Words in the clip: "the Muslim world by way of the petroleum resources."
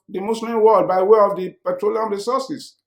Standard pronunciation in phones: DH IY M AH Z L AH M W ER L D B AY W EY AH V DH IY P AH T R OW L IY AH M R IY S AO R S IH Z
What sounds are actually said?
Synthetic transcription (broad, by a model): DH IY M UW S L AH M W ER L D B AY W EY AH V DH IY P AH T R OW L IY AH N R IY S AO S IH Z